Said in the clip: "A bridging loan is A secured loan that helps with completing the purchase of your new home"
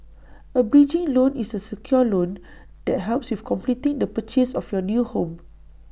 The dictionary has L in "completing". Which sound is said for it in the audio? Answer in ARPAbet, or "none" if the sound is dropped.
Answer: L